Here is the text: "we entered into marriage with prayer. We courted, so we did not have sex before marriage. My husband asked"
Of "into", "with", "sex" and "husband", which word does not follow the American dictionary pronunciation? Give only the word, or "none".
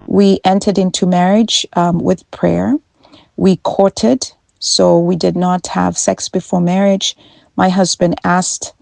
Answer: none